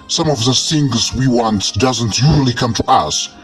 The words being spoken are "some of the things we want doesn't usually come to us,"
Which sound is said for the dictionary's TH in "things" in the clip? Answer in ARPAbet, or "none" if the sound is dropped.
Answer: S